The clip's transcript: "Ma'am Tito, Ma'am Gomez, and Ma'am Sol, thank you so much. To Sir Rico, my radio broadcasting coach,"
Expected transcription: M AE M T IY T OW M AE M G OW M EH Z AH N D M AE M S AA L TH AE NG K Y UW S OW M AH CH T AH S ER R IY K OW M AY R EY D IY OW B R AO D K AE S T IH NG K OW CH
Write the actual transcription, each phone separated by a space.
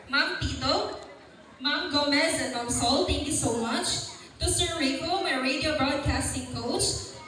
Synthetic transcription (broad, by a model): M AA M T IY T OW M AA M G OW M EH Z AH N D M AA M S AA L T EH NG K Y UW S OW M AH CH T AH S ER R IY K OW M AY R EY D IY OW B R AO D K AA S T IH NG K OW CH